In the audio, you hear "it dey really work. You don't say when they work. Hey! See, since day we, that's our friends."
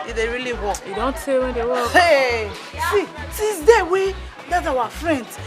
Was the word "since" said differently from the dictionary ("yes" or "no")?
yes